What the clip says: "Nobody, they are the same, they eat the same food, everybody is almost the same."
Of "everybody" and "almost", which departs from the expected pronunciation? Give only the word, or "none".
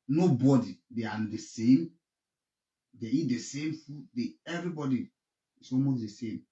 almost